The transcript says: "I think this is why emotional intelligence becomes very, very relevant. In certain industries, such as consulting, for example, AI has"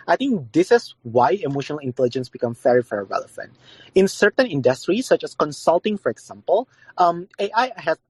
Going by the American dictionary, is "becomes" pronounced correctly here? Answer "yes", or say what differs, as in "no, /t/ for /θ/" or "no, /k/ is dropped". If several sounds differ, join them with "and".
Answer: no, /z/ is dropped